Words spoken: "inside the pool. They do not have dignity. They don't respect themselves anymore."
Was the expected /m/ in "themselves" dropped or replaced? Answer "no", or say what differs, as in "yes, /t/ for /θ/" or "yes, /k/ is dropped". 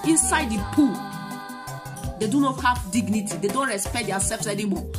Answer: yes, /m/ is dropped